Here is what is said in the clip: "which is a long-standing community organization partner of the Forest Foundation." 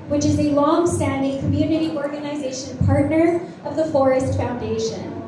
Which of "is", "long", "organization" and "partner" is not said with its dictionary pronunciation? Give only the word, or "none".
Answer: none